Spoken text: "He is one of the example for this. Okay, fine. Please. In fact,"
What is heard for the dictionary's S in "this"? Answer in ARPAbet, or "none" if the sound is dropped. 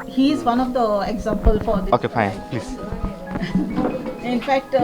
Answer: none